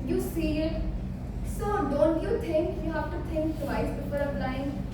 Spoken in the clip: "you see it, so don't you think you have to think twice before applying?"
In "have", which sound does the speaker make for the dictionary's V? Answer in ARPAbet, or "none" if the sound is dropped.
F